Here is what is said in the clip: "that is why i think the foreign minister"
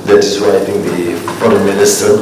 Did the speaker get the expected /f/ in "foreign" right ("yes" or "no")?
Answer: no